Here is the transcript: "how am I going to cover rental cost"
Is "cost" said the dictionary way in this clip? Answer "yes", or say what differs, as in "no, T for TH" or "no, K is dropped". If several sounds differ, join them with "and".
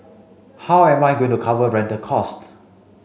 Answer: yes